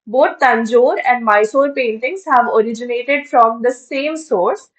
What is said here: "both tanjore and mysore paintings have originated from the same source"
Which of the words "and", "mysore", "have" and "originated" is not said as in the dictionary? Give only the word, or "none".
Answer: none